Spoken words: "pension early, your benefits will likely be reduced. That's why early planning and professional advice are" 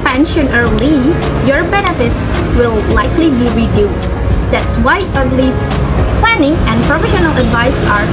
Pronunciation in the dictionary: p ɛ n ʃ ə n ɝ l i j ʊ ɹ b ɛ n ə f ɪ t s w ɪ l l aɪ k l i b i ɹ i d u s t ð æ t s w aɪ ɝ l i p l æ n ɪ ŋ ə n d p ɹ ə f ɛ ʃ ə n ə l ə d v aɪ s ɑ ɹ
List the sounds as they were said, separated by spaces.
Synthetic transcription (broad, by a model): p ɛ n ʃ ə n ɝ l i j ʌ ɹ b ɛ n ə f ɪ t s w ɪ l l aɪ k l i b i ɹ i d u s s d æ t s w aɪ ɝ l i p l æ n ɪ ŋ ə n d p ɹ ə f ɛ ʃ ə n ə l ə d v aɪ s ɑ ɹ